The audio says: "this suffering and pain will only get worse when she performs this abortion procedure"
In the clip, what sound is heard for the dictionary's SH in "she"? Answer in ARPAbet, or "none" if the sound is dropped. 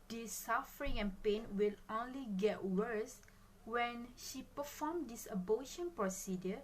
SH